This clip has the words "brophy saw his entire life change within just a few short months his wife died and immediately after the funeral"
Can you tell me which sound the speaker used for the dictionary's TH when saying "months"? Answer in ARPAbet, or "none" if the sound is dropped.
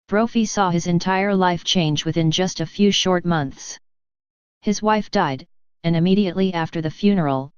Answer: TH